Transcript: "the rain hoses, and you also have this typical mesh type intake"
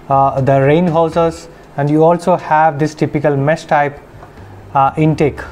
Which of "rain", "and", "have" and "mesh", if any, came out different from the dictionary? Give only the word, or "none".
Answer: mesh